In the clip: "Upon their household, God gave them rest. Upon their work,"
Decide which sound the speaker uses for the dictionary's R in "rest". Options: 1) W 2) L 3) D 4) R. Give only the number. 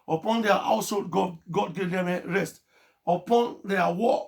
4